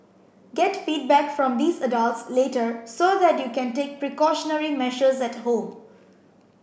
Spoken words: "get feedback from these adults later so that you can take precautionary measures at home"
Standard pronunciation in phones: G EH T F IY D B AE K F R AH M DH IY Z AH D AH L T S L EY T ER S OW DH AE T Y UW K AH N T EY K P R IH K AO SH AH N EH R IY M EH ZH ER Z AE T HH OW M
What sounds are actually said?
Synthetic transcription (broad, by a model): G EH T F IY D B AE K F R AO M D IY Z AH D AH L T S L EY T ER S OW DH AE T Y UW K AH N T EY K P R IH K AO SH AH N EH R IY M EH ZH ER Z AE T HH OW M